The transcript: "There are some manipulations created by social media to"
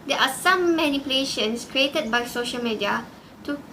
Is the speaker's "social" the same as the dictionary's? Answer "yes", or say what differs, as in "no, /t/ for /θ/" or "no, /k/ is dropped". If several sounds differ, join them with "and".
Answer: yes